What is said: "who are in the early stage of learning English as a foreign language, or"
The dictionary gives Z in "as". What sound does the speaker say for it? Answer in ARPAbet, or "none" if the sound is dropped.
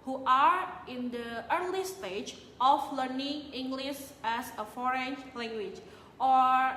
S